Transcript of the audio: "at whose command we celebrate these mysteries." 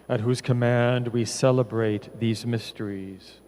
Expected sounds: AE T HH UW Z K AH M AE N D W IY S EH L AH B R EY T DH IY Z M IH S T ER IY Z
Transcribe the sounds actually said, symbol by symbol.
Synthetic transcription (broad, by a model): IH T HH UW Z K AH M AE N D W IY S EH L AH B R EY T DH IY Z M IH S T ER IY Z